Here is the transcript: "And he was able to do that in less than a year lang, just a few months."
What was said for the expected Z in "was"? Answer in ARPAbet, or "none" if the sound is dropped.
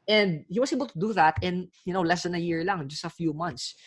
S